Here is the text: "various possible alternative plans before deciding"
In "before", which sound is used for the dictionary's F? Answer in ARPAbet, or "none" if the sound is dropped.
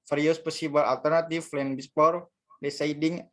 P